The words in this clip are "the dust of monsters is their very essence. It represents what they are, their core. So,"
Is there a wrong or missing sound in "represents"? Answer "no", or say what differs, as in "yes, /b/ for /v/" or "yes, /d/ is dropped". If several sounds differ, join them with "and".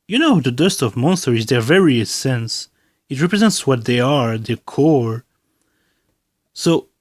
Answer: no